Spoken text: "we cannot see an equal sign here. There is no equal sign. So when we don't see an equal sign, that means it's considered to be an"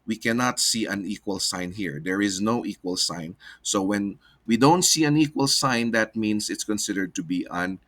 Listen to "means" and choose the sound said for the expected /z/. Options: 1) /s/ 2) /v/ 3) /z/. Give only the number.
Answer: 1